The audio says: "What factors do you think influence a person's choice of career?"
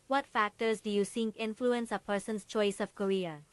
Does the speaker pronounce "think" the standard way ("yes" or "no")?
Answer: no